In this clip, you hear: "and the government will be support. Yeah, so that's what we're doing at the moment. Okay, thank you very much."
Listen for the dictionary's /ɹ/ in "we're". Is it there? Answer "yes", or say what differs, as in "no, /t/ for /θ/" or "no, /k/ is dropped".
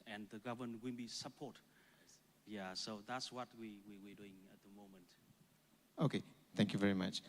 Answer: no, /w/ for /ɹ/